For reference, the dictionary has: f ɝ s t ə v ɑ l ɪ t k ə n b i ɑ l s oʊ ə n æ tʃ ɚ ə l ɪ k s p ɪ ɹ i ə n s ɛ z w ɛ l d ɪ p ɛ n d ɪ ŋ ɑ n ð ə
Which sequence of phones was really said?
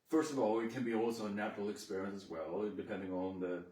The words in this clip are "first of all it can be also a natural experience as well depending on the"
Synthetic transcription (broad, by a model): f ɝ s t ə v ɑ l ɪ t k ə n b i ɑ l s oʊ ə n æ tʃ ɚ l ɪ k s p ɪ ɹ i ə n s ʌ z w ɛ l d ɪ p ɛ n d ɪ ŋ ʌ n ð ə